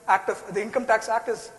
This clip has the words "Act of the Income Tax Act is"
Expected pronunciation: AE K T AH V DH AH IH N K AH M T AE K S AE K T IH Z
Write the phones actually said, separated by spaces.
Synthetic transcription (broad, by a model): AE K T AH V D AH IH N K AH M T AE K S AE K T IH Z